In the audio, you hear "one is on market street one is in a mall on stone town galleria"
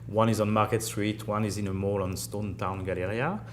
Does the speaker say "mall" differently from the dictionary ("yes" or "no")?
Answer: no